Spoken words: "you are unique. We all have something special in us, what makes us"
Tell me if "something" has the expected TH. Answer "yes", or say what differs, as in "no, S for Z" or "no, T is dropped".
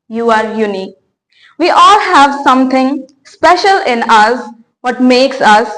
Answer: no, T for TH